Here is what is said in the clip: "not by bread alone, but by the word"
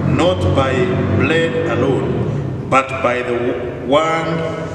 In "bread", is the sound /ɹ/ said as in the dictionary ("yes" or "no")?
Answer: no